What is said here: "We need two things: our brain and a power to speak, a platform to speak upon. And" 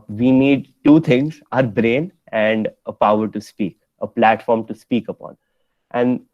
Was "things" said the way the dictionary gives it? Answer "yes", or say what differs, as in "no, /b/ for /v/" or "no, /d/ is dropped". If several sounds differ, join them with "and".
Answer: no, /t/ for /θ/